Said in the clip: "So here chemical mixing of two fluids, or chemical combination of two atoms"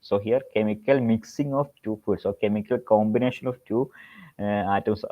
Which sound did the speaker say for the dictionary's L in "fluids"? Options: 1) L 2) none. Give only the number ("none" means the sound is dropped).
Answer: 2